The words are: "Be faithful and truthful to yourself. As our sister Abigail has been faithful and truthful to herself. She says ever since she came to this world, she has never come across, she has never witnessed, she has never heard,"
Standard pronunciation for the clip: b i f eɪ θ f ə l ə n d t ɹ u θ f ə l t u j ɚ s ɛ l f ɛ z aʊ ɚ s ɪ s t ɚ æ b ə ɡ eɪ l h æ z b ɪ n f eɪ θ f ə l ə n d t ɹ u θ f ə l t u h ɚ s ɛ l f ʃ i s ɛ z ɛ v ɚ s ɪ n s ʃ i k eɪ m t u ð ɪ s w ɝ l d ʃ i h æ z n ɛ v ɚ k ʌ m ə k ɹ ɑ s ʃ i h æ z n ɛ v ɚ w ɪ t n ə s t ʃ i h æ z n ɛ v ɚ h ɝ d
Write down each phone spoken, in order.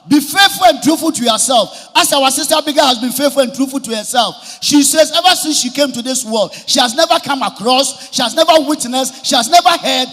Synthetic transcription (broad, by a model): b i f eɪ f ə l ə n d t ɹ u f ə l t u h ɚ s ɛ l f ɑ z aʊ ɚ s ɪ s t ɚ b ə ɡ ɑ h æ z b ɪ n f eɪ f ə l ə n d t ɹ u f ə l t u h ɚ s ɛ l f ʃ i s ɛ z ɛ v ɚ s ɪ n s ʃ i k eɪ m t u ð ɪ s w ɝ l d ʃ i h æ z n ɛ v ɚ k ʌ m ə k ɹ ɑ s ʃ i h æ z n ɛ v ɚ w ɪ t n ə s ʃ i h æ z n ɛ v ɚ h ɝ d